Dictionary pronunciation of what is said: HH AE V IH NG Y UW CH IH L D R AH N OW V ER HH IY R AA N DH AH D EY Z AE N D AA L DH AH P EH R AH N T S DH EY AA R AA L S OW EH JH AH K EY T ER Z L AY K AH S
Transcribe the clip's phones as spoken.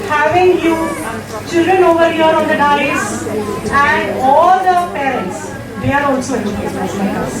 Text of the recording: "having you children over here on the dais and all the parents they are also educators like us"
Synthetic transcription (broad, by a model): HH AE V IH NG Y UW CH IH L D R AH N OW V ER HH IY R AA N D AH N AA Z AE N D AA L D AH P EH R AH N T S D EY AA R AA L S OW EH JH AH EY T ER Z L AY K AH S